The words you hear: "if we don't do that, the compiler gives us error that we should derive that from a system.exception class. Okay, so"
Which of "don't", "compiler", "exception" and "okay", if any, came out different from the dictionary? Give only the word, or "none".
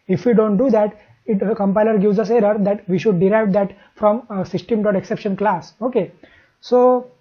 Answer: none